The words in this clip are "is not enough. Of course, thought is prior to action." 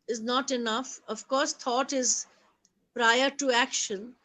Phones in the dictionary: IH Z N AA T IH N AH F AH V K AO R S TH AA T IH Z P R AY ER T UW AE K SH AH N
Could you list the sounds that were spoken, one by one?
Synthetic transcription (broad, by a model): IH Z N AA T IH N AH F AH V K AO R S T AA T IH Z P R AY ER T UW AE K SH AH N